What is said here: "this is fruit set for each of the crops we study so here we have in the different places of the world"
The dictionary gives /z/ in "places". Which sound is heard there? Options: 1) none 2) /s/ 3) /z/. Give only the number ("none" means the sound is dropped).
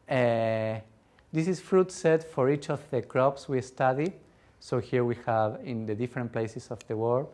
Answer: 2